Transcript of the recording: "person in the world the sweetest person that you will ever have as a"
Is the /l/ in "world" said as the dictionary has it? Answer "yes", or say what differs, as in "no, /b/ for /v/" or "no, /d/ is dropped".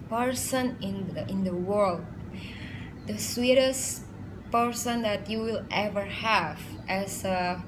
yes